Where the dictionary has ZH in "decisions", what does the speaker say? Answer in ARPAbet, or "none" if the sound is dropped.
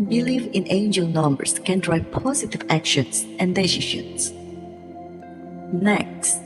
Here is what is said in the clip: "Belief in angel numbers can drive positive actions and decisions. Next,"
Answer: SH